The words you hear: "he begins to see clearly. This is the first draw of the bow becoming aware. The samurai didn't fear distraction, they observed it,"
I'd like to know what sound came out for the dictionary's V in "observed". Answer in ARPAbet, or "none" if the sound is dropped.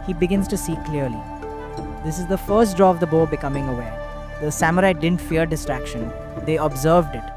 V